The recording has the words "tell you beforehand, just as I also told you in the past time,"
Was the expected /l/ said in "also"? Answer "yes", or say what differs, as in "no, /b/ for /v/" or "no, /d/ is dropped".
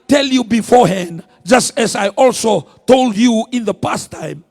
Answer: yes